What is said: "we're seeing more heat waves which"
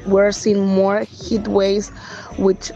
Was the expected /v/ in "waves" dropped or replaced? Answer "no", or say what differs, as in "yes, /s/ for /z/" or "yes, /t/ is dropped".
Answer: yes, /v/ is dropped